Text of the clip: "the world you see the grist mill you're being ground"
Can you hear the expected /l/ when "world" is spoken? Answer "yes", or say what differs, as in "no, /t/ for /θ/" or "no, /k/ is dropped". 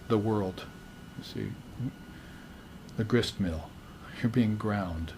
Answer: yes